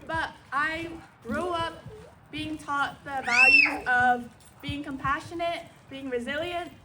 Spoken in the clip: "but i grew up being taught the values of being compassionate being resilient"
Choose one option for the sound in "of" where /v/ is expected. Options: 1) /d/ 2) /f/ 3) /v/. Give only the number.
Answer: 3